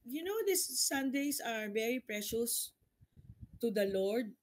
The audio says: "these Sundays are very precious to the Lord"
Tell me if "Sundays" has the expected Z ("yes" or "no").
no